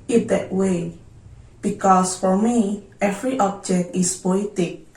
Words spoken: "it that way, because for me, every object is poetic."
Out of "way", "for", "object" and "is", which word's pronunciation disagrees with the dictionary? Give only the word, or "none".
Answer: is